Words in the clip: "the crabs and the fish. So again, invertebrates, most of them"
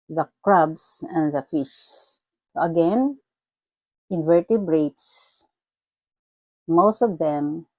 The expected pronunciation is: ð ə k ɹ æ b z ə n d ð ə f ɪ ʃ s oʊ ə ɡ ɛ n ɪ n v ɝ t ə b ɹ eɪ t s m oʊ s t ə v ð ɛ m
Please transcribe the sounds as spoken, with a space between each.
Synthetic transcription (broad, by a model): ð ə k ɹ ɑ b s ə n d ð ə f ɪ ʃ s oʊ ə ɡ ɛ n ɪ n v ɝ t ə b ɹ eɪ t s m oʊ s t ə v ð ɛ m